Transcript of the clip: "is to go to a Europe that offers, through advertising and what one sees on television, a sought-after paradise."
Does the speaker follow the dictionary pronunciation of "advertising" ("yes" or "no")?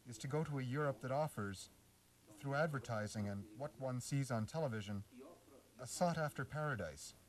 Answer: yes